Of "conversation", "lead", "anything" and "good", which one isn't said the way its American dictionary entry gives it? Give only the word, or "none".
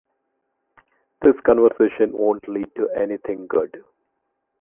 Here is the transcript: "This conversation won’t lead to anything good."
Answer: anything